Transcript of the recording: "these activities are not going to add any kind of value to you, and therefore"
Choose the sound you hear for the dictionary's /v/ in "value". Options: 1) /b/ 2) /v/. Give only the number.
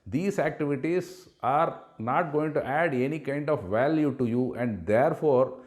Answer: 2